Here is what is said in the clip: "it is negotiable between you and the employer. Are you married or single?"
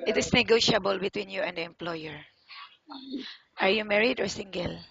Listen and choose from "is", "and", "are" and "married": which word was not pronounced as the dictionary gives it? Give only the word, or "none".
is